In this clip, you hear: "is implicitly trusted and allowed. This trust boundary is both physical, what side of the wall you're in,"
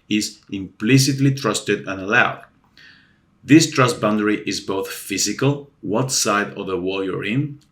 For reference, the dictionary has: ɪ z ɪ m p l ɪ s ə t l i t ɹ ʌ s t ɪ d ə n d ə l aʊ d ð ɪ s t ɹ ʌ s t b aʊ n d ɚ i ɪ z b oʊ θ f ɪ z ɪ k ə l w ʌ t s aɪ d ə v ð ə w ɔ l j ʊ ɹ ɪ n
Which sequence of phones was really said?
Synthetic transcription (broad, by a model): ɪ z ɪ m p l ɪ s ə t l i t ɹ ʌ s t ɪ d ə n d ə l aʊ d ð ɪ s t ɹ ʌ s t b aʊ n d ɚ i ɪ z b oʊ θ f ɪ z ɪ k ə l w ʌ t s aɪ d ə v ð ə w ɔ l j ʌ ɹ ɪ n